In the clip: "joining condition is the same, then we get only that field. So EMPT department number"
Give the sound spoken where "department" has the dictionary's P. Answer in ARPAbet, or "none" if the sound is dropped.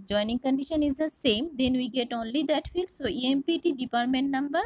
P